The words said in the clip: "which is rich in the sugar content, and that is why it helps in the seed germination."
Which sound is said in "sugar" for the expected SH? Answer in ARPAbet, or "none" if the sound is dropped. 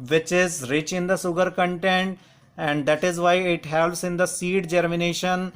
S